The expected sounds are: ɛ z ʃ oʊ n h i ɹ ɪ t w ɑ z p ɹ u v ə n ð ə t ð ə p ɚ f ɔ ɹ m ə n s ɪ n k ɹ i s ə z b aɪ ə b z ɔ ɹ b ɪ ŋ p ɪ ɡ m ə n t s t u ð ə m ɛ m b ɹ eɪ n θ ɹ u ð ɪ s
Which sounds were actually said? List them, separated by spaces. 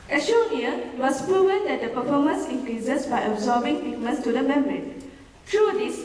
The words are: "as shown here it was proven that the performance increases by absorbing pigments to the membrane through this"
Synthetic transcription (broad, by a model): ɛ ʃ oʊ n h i ɪ t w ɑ s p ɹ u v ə n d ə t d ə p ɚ f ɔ m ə n s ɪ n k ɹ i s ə s b aɪ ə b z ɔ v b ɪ ŋ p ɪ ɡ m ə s t u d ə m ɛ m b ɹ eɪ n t ɹ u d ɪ s